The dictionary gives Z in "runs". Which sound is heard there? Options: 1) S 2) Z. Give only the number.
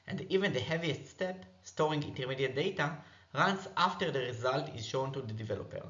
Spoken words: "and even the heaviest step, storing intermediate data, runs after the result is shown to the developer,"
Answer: 1